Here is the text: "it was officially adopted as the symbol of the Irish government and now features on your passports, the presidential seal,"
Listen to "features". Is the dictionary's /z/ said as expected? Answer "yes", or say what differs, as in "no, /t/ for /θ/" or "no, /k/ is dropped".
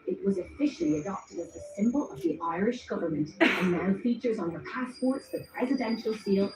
yes